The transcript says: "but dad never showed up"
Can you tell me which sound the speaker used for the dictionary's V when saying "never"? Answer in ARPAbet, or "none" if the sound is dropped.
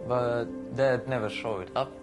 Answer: V